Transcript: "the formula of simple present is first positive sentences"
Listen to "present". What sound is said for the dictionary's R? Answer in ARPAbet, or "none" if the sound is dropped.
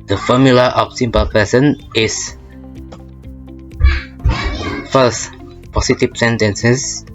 none